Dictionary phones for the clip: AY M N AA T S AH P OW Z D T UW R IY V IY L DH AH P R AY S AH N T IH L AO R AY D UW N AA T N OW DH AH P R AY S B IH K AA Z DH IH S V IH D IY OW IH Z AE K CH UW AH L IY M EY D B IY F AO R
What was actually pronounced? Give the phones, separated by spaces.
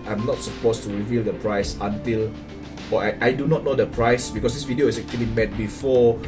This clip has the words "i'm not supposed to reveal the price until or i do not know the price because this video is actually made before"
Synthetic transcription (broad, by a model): AY M N AA T S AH P OW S T UW R IY V IY L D AH P R AY S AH N T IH L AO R AY D UW N AA T N OW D AH P R AY S B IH K AA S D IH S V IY D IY OW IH S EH K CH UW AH L IY M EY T B IY F AO